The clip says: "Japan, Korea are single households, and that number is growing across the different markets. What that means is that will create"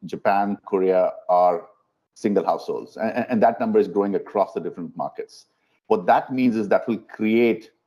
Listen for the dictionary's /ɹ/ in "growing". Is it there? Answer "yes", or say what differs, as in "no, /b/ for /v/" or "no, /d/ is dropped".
no, /ɹ/ is dropped